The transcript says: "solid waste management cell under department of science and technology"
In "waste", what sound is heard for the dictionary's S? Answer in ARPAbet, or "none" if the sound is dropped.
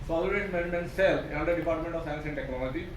none